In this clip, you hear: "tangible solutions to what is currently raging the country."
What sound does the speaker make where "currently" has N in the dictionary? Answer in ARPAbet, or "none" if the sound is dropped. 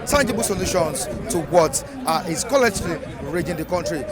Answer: none